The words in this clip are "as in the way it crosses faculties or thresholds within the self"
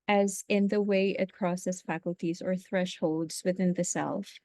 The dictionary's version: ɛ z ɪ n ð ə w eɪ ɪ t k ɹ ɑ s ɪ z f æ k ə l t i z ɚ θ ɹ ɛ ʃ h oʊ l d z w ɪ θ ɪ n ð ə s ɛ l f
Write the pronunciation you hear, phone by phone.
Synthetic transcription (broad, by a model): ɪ z ɪ n ð ə w eɪ ɪ t k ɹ ɑ s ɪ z f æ k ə l t i z ɚ θ ɹ ɛ ʃ h oʊ l d z w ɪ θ ɪ n ð ə s ɛ l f